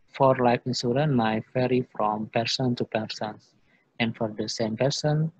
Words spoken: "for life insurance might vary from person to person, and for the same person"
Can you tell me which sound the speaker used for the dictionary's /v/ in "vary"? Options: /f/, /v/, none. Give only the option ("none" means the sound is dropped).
/f/